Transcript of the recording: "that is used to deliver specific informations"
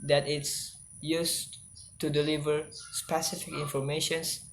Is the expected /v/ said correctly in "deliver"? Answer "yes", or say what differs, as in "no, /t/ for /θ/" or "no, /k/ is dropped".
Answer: yes